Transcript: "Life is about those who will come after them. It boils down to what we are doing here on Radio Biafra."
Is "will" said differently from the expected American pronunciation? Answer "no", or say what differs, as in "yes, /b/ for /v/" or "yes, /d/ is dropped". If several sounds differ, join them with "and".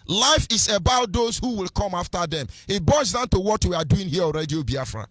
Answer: no